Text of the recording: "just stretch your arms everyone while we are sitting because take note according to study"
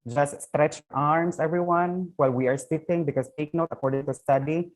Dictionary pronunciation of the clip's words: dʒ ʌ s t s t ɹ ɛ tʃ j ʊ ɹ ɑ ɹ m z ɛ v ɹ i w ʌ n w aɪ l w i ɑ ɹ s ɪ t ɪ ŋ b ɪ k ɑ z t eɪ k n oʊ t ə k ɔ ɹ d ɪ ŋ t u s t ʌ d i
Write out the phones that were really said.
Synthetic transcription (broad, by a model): dʒ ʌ s t s t ɹ ɛ tʃ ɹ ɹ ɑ ɹ m s ɛ v ɹ i w ʌ n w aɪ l w i ɑ ɹ s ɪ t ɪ ŋ b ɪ k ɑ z t eɪ k n oʊ t ə k ɔ ɹ d ɪ ŋ t u s t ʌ d i